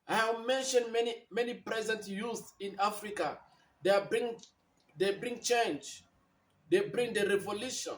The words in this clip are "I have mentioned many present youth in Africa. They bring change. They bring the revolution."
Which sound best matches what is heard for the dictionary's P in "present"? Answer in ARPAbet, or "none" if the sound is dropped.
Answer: P